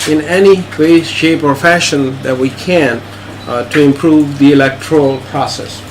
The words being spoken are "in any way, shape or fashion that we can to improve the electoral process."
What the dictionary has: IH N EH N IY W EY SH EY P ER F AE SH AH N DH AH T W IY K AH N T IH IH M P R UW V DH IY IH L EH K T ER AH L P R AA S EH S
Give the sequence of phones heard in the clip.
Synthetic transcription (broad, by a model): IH N EH N IY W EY SH EY P ER F AE SH AH N DH AH T W IY K AH N T IH IH M P R UW V DH IY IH L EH K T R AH L P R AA S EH S